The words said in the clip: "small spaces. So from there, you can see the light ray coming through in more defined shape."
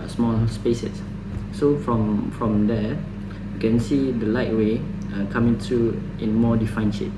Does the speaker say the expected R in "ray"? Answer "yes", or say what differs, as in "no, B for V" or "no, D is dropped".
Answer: no, W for R